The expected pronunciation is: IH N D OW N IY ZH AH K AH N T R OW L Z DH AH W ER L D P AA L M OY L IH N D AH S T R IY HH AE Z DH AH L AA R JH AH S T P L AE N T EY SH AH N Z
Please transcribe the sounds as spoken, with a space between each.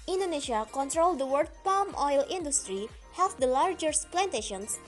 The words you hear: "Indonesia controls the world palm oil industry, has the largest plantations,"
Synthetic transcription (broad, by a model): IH N D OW N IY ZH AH K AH N T R OW L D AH W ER D P AA L M OY L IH N D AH S T R IY HH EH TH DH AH L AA R JH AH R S P L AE N T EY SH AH N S